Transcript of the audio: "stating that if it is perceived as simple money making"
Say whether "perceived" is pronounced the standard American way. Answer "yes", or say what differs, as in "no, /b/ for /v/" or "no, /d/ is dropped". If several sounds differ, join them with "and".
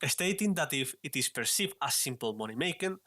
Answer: no, /d/ is dropped